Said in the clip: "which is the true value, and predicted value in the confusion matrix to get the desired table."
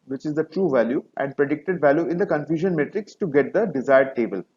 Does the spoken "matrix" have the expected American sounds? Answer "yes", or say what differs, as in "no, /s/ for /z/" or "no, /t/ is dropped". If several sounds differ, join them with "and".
yes